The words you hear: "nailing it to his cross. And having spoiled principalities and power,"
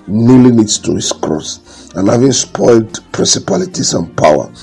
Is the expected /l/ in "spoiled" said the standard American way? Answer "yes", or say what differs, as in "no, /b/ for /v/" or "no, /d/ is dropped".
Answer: yes